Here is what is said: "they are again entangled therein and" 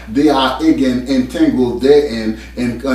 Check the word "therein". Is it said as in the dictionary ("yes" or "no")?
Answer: no